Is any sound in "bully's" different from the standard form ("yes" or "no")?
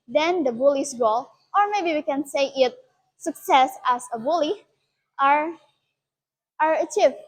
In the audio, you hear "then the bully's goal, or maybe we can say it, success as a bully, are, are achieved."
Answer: yes